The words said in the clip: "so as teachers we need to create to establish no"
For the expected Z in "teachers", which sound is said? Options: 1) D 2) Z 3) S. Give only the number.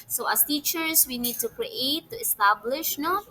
3